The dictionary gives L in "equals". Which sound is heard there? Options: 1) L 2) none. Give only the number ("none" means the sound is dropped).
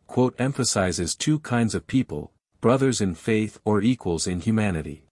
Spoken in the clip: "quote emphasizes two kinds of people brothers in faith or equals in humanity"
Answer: 1